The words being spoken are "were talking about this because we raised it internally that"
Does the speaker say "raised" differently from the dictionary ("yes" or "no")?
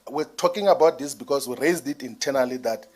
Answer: no